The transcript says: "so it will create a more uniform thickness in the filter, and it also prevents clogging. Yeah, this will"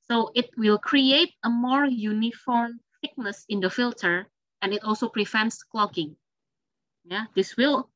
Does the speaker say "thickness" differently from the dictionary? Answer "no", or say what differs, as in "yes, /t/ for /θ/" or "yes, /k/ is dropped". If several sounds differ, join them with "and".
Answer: yes, /s/ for /θ/